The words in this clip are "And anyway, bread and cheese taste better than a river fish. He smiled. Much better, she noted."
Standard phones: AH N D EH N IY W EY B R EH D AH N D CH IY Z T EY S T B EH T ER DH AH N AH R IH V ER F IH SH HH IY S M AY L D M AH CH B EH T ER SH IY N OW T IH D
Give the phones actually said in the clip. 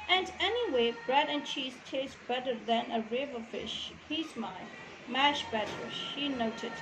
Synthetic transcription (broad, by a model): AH N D EH N IY W EY B R EH D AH N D CH IY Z T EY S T B EH T ER DH AH N AH R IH V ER F IH SH HH IY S M AY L M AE SH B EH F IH SH IY N OW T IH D